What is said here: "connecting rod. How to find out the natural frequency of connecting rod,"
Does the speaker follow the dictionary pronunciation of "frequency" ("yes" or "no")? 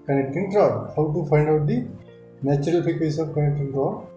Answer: no